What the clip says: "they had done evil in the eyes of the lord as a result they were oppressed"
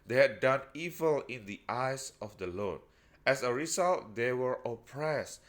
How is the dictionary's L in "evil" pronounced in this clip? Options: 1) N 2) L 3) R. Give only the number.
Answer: 2